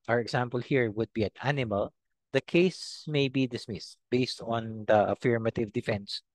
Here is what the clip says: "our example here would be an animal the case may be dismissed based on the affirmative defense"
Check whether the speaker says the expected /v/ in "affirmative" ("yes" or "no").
yes